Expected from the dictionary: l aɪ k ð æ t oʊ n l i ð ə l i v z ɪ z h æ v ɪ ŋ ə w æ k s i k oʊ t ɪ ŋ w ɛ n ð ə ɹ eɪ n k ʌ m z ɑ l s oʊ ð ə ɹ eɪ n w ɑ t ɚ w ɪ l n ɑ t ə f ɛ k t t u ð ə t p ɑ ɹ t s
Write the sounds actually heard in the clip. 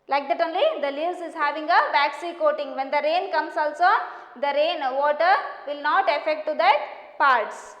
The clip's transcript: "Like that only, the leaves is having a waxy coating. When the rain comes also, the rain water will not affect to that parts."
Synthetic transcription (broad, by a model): l aɪ k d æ t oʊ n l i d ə l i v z ɪ z h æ v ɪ ŋ ə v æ k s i k oʊ t ɪ ŋ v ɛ n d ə ɹ eɪ n k ʌ m s ɑ l s oʊ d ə ɹ eɪ n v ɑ t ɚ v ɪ l n ɑ t ə f ɛ k t t u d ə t p ɑ ɹ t s